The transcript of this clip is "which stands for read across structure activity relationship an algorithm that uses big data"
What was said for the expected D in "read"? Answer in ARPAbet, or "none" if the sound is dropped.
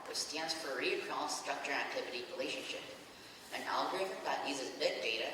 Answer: none